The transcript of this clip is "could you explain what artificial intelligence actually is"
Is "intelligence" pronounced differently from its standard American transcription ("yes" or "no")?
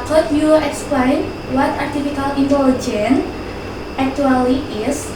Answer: yes